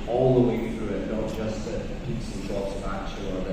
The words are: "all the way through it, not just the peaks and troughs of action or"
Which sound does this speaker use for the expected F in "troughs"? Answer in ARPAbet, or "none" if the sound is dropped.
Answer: P